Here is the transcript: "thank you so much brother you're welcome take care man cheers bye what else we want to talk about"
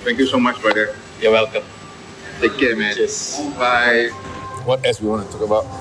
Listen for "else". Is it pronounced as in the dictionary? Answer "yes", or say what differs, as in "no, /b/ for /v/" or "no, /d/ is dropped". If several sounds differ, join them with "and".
no, /l/ is dropped